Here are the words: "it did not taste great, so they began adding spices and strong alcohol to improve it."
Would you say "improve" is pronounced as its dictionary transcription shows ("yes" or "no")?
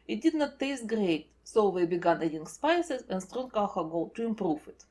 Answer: no